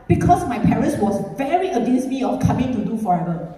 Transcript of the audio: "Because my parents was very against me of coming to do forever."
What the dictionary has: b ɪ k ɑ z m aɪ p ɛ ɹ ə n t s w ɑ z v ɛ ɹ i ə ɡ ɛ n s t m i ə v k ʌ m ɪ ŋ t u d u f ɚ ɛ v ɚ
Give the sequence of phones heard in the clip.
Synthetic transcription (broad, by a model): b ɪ k ɑ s m aɪ p ɛ ɹ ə n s w ɑ s v ɛ ɹ i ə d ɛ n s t m i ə f k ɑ m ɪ ŋ t u d u f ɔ ɛ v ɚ